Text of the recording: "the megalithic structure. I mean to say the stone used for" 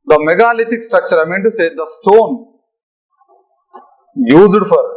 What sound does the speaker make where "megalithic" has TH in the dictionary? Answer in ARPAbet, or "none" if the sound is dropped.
T